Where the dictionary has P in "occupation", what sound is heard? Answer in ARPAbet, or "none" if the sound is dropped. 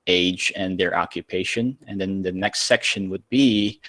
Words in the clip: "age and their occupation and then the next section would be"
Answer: P